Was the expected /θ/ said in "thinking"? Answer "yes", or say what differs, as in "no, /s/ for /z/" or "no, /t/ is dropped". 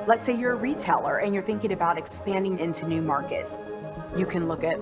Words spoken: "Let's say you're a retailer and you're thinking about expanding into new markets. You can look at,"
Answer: yes